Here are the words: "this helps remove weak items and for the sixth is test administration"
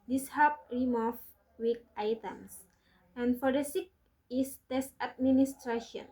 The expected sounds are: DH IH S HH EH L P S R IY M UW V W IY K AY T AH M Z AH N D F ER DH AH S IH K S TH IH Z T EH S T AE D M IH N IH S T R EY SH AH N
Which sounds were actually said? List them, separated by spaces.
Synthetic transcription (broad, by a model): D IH S HH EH P R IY M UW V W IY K AY T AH M S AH N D F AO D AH S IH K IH S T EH S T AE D M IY N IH S T R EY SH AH N